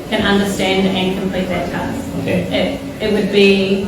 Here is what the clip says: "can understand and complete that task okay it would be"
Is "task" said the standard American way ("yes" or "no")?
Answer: no